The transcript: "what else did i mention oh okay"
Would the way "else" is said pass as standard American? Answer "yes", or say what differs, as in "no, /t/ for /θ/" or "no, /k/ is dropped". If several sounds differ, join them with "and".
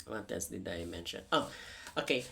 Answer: no, /n/ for /l/